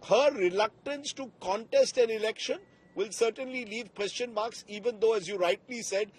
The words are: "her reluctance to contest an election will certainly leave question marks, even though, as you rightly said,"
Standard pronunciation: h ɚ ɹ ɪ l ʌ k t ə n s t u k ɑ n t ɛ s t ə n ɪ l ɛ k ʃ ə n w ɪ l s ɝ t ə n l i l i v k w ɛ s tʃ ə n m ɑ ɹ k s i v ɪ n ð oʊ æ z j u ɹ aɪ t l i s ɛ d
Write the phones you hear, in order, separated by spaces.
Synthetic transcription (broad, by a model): h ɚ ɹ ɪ l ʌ k t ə n s t u k ɑ n t ɛ s t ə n ɪ l ɛ k ʃ ə n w ɪ l s ɝ t ə n l i l i v k w ɛ s tʃ ə n m ɑ ɹ k s i v ɪ n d oʊ æ z j u ɹ aɪ t l i s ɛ d